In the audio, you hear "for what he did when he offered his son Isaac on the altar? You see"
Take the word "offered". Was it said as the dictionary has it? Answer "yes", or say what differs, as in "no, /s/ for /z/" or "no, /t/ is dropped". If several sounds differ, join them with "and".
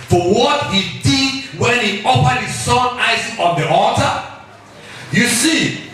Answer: no, /p/ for /f/